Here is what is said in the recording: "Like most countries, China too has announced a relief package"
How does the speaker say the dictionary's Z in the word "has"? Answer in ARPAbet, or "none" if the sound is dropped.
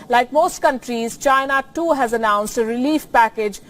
Z